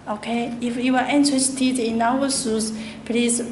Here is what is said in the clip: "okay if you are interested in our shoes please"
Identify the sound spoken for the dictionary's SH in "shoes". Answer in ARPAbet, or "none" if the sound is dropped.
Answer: S